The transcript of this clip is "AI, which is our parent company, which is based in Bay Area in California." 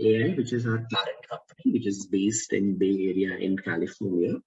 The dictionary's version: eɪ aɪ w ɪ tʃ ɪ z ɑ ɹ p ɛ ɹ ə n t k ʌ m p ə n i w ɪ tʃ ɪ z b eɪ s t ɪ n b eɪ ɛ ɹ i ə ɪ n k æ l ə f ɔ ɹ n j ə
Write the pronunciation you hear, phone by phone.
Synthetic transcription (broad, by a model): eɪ aɪ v ɪ tʃ ɪ z ɑ ɹ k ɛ ɹ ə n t k ʌ m p ə n i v ɪ tʃ ɪ z b eɪ s t ɪ n b eɪ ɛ ɹ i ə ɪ n k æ l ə f ɔ ɹ n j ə